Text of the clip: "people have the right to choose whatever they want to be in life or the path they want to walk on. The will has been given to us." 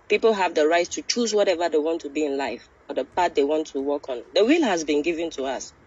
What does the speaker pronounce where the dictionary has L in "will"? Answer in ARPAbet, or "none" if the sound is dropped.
L